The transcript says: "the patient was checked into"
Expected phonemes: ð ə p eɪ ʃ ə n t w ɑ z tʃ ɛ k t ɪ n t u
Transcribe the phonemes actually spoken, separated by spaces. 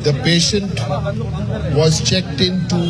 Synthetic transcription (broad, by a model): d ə p eɪ ʃ ə n t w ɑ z tʃ ɛ k t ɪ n t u